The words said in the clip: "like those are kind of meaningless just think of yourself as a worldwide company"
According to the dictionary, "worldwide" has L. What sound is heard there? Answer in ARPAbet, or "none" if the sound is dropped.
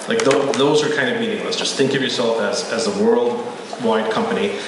L